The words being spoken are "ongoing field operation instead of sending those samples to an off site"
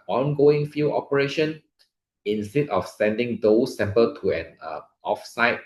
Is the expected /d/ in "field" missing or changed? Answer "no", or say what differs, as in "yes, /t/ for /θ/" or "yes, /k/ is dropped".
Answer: yes, /d/ is dropped